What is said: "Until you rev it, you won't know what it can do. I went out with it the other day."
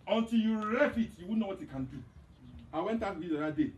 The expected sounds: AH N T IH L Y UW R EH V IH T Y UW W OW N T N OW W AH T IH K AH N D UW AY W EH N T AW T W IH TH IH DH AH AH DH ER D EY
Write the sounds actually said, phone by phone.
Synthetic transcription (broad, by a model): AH N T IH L Y UW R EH F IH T Y UW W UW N N OW W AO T IH K AH N D UW AY W EH N T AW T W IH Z IH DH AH D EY